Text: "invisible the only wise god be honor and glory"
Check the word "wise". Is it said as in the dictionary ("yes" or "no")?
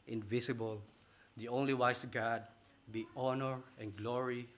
no